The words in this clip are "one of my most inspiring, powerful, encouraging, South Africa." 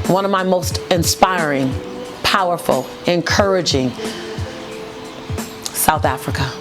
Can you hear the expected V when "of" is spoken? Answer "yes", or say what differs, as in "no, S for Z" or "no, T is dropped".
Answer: yes